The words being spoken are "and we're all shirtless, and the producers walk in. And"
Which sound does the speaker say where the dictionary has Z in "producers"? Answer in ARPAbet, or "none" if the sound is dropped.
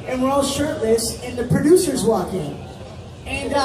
Z